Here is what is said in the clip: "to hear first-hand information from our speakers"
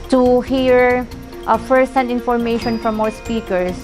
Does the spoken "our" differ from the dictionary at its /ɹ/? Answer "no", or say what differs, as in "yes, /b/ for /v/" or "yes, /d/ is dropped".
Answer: yes, /w/ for /ɹ/